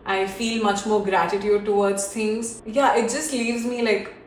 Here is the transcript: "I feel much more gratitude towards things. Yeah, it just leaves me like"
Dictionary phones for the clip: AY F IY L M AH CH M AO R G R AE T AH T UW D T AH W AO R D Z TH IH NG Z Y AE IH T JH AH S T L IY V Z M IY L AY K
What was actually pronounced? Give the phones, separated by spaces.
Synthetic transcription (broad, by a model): AY F IY L M AH CH M AO R G R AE T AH T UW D T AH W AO R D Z T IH NG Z Y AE IH T JH AH S T L IY V Z M IY L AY K